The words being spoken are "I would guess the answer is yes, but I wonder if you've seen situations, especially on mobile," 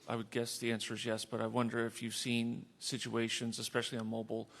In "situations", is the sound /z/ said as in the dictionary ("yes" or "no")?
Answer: yes